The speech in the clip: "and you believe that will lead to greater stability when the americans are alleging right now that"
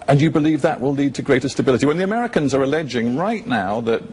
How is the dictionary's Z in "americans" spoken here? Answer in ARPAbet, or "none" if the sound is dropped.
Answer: Z